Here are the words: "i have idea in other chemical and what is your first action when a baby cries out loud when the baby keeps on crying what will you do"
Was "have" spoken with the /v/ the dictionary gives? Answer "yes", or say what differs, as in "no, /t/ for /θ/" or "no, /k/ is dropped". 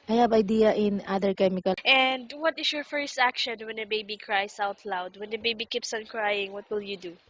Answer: no, /b/ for /v/